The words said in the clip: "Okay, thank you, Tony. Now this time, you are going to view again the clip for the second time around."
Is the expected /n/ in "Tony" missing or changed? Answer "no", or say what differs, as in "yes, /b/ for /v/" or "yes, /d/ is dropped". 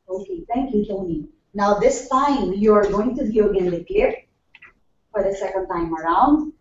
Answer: yes, /l/ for /n/